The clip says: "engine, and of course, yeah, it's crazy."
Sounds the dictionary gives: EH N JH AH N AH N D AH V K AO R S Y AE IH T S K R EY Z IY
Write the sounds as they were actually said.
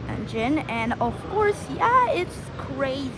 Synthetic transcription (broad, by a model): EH N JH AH N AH N AH V K AO R S Y AE IH T S K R EY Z